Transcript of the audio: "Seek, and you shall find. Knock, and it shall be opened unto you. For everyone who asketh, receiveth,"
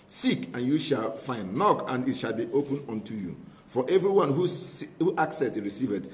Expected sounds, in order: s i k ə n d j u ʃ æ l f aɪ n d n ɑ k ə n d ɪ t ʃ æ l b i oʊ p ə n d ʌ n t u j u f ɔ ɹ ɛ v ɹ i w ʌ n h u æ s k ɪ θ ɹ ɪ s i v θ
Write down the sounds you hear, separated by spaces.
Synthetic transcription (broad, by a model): s i k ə n j u ʃ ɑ l f aɪ n d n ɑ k ə n d ɪ t ʃ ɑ l b i oʊ p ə n ɔ n t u j u f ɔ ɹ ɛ v ɹ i w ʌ n h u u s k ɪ t ɹ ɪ s i v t